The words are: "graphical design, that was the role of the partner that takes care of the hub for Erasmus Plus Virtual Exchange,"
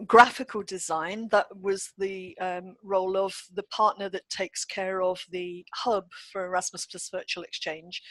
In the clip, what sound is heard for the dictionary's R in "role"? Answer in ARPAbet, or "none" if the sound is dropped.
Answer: R